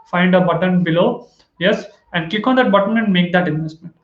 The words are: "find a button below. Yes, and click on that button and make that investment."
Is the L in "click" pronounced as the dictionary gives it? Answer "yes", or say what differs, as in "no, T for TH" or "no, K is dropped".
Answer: no, L is dropped